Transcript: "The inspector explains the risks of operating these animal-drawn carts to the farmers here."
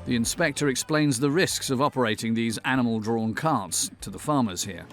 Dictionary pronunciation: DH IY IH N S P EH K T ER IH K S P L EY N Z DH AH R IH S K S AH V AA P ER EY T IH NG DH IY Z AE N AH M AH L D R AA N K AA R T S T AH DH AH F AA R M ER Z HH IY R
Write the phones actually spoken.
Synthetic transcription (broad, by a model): DH IY IH N S P EH K T ER IH K S P L EY N Z DH AH R IH S K S AH V AA P ER EY T IH NG DH IY Z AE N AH M AH L D R AA N K AA R T S T AH DH AH F AA R M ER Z HH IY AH